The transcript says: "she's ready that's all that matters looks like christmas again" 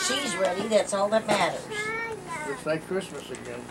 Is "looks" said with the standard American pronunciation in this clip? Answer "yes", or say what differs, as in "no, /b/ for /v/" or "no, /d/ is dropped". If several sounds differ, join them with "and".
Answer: no, /k/ is dropped